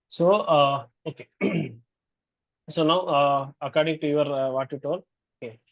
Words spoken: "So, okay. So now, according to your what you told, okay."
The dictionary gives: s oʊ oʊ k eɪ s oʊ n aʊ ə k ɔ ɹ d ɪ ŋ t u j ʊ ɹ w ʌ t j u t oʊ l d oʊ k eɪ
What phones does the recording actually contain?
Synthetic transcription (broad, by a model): s oʊ oʊ k eɪ s oʊ n aʊ ə k ɔ ɹ d ɪ ŋ t u j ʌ ɹ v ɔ t j u t oʊ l oʊ k eɪ